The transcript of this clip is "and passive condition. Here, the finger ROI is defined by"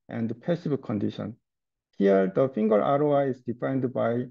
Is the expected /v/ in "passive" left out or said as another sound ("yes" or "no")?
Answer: yes